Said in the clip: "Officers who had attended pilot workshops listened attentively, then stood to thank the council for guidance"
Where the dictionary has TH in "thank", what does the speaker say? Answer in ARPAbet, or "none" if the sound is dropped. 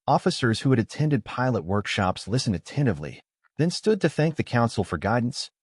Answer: TH